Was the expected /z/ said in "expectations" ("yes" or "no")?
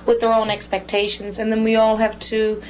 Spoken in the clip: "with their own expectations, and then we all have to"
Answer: yes